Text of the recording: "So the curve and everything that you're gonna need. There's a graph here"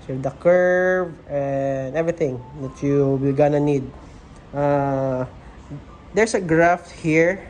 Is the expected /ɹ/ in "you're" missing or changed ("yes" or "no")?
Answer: yes